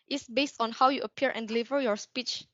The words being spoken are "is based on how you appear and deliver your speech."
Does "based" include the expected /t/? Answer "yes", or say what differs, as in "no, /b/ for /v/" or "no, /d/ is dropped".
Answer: yes